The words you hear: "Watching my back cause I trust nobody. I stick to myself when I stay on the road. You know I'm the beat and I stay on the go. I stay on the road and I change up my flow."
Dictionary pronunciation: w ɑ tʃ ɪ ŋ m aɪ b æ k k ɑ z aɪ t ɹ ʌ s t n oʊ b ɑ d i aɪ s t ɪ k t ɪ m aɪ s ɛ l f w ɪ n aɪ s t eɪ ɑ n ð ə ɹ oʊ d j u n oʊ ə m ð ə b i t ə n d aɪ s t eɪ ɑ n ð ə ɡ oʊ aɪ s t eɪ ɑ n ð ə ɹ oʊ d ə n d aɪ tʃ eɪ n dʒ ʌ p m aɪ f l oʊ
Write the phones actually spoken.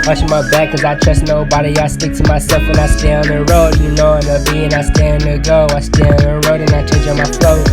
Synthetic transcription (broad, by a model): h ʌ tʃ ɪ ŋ m aɪ b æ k k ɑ z aɪ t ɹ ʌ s n oʊ b ɑ d i aɪ s t ɪ k t ɪ m aɪ s ɛ l f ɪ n aɪ s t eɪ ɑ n ð ə ɹ oʊ d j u n oʊ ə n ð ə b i ə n aɪ s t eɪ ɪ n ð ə ɡ oʊ aɪ s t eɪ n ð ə ɹ oʊ d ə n aɪ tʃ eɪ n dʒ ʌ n m aɪ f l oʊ